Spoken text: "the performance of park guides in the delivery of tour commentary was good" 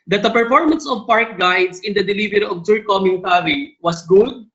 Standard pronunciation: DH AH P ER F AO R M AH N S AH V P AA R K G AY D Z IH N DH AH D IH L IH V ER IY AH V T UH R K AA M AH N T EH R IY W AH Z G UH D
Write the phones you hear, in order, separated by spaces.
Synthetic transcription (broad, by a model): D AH P ER F AO R M AH N S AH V P AA R K G AY D S IH N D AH D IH L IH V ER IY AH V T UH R K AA M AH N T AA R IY W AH S G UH D